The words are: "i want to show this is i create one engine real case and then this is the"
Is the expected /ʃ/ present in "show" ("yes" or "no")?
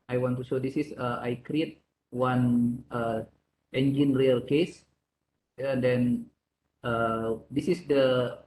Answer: no